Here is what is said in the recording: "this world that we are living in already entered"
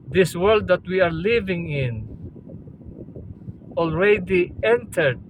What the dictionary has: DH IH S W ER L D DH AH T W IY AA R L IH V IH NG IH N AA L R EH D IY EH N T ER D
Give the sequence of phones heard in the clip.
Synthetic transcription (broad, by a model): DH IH S W ER L D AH T W IY AA R L IH V IH NG IH N AA L R EH D IY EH N T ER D